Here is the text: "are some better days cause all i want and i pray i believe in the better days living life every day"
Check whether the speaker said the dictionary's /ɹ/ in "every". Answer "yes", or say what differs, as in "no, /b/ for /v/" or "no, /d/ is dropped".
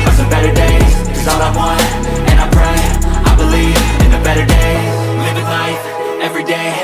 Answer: yes